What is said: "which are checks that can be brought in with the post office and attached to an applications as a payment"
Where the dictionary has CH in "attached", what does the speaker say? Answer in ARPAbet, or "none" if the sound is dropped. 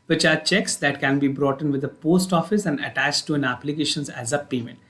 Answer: CH